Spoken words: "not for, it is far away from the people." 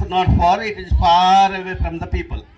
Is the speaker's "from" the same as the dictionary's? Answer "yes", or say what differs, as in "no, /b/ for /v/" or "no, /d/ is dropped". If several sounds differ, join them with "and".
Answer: yes